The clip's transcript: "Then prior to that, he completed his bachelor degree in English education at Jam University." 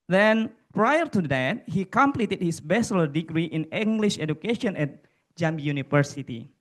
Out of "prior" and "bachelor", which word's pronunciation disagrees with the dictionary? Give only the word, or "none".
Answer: bachelor